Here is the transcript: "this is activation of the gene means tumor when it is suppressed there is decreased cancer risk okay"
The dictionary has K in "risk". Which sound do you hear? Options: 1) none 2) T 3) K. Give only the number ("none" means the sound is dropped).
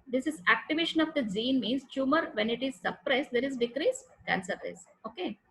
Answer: 1